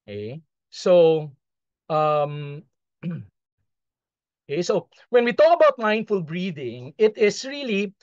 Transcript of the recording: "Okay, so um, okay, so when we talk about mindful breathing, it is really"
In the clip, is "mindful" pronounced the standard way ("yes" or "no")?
yes